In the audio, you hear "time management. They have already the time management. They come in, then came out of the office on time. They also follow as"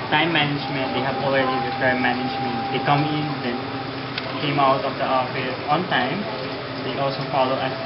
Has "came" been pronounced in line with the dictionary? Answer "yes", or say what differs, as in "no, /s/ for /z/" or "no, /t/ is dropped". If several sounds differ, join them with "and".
yes